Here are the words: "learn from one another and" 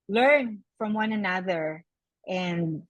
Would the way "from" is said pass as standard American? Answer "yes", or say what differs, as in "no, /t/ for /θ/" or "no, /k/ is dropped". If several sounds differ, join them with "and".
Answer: yes